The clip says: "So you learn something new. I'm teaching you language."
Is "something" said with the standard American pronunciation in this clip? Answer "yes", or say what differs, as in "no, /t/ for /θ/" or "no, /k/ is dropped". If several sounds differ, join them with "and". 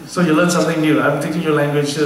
no, /t/ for /θ/